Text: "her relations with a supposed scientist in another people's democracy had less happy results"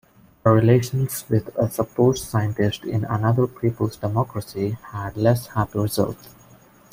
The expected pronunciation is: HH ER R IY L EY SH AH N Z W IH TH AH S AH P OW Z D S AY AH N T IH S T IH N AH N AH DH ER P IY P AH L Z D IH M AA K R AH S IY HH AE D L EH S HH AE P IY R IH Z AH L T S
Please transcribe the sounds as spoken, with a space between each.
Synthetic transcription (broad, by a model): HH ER R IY L EY SH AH N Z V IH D AH S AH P OW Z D S AY AH N T IH S T IH N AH N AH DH ER P IY P AH L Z D IH M AA K R AH S IY HH AE D L EH S HH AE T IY R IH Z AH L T